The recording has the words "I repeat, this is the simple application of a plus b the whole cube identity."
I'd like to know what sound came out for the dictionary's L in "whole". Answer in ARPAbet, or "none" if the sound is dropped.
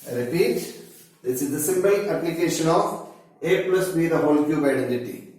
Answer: L